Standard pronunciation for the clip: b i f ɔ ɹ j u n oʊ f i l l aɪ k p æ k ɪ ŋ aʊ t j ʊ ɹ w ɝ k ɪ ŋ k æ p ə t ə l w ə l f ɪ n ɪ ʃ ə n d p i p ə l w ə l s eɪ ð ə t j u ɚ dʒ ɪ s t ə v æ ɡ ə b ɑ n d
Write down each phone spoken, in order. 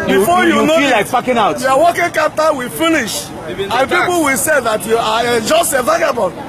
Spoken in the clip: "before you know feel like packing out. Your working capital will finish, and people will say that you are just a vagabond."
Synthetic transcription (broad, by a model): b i f ɔ j u n oʊ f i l l aɪ k f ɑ k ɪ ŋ aʊ t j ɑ w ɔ k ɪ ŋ k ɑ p t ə w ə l f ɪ n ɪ ʃ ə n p i p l w ə l s eɪ ð ə t j u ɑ dʒ ɪ s t ə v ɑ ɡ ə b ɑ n